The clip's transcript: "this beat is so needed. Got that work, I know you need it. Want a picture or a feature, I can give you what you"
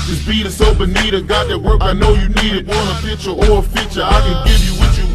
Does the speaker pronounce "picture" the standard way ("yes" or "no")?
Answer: no